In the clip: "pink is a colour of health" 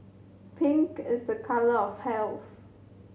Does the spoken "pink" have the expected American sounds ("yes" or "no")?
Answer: yes